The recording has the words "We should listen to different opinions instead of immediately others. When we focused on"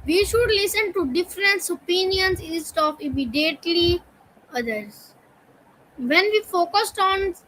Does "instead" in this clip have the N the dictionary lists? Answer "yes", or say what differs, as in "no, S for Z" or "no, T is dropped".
no, N is dropped